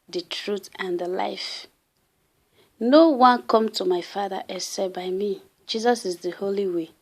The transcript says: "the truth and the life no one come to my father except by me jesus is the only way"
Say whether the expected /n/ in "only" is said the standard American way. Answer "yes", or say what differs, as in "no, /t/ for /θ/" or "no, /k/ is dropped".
no, /n/ is dropped